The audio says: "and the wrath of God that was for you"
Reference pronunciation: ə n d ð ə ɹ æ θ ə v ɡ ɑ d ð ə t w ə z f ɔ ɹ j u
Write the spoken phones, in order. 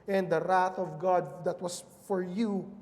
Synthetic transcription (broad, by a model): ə n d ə ɹ æ θ ə v ɡ ɑ d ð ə t w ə s f ɔ ɹ j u